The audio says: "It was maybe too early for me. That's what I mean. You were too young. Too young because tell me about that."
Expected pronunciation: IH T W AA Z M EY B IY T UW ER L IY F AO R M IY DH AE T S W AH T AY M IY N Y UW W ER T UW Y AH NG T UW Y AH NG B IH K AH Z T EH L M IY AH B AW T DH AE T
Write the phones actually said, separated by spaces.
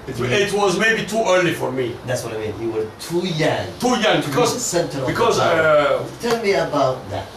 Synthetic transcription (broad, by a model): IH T W AA Z M EY B IY T UW ER L IY F AO R M IY DH AE T S W AH T AY M IY N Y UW W ER T UW Y AH NG T UW Y AH NG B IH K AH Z T EH L M IY AH B AW T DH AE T